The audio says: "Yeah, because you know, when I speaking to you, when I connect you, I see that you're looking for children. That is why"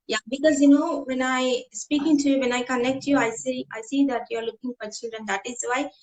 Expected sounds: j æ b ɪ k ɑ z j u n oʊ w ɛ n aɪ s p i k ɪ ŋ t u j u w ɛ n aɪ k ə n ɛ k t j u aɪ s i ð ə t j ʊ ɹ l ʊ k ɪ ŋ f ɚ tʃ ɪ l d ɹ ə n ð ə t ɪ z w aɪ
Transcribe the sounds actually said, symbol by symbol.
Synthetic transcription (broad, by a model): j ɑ b ɪ k ɑ z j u n oʊ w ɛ n aɪ s p i k ɪ ŋ t u j u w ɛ n aɪ k ə n ɛ k t j u aɪ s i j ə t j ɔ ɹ l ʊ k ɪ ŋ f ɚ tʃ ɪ d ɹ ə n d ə t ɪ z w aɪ